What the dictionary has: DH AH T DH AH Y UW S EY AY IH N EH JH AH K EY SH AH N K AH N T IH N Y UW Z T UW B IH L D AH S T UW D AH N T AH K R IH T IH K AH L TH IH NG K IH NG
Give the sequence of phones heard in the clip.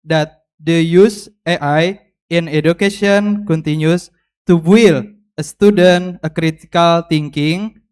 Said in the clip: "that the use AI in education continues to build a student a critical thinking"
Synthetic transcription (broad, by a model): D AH T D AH Y UW S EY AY IH N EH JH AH K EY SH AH N K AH N T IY N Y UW S T UW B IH L AH S T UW D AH N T AH K R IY T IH K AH L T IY NG K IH NG